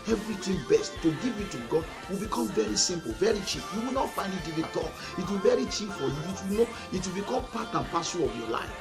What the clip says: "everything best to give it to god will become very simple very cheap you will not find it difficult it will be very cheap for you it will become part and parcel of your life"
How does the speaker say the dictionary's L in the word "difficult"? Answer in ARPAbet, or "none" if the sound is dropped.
none